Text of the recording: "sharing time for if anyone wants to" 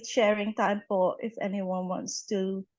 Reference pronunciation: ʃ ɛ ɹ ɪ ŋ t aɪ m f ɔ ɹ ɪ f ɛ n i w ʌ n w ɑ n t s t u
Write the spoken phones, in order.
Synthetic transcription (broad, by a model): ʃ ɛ ɹ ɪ ŋ t aɪ m p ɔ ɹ ɪ f ɛ n i w ʌ n w ɑ n t s t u